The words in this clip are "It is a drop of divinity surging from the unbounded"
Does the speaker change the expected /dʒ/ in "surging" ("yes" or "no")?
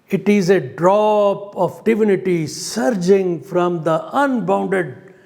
no